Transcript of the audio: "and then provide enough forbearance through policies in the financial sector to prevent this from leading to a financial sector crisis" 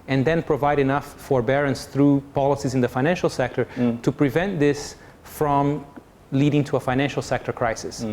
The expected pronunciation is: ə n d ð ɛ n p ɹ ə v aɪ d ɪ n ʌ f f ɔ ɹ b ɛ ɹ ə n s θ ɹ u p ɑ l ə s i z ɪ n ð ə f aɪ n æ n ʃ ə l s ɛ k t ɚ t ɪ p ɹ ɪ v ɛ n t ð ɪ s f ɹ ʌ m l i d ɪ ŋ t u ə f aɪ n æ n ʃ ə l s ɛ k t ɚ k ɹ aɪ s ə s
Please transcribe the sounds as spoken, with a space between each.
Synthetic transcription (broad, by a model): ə n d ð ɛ n p ɹ ə v aɪ d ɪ n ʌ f f ɔ ɹ b ɛ ɹ ə n s θ ɹ u p ɑ l ə s i z ɪ n ð ə f aɪ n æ n ʃ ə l s ɛ k t ɚ t ɪ p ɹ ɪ v ɛ n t ð ɪ s f ɹ ʌ m l i d ɪ ŋ t u ə f aɪ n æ n ʃ l s ɛ k t ɚ k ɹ aɪ s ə s